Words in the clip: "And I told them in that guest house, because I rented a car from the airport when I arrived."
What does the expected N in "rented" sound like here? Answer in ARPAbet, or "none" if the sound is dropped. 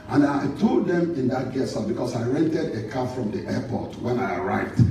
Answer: N